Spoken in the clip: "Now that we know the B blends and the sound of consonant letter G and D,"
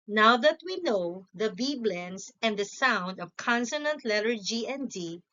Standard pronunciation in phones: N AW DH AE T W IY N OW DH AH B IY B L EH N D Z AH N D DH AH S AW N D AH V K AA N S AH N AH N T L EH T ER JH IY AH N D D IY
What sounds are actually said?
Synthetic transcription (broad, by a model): N AW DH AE T W IY N OW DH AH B IY B L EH N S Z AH N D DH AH S AW N D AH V K AA N S AH N AH N T L EH T ER JH IY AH N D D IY